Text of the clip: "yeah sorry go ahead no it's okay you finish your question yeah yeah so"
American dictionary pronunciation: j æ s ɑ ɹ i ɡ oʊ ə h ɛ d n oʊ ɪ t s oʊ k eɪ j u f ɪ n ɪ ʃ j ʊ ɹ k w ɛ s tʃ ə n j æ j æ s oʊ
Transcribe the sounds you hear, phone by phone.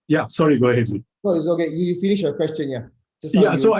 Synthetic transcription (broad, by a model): j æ s ɑ ɹ i ɡ oʊ ə h ɛ d l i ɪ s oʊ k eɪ j u f ɪ n ɪ ʃ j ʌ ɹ k w ɛ s tʃ ə n j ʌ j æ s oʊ